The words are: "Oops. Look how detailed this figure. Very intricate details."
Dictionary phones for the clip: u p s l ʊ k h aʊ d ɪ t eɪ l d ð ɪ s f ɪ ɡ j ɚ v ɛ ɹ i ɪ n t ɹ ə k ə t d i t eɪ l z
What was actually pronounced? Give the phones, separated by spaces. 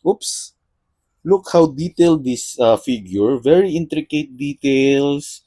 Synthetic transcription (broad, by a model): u p s l ʊ k h aʊ d ɪ t eɪ l d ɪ s f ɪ ɡ j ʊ v ɛ ɹ i ɪ n t ɹ ə k ə t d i t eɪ l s